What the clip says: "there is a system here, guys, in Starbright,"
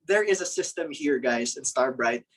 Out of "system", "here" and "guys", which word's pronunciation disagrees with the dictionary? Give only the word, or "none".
none